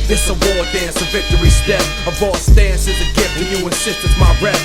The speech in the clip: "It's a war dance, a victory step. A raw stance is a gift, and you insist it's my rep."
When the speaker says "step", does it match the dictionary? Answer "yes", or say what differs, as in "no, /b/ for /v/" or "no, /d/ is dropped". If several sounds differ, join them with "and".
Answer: no, /p/ is dropped